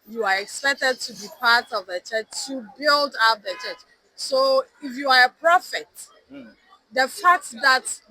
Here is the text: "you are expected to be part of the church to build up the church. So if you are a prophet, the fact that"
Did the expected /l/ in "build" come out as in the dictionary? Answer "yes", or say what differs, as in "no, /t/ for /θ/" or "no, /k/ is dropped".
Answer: yes